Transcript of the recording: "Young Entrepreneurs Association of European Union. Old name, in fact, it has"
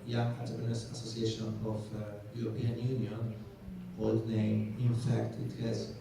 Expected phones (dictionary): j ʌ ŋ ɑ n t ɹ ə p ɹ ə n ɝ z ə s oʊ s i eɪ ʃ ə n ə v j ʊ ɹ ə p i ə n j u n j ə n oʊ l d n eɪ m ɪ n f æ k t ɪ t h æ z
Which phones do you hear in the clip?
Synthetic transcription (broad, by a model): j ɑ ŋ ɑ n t ə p ə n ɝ s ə s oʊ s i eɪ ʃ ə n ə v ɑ ɹ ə p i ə n j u n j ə n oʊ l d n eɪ ɪ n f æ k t ɪ t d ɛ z